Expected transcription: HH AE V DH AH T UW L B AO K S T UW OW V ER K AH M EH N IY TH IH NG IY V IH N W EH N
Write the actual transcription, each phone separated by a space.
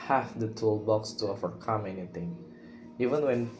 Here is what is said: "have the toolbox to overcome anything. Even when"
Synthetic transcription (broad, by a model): HH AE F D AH T UW L B AO K S T UW OW V ER K AH M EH N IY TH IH NG IY V IH N W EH N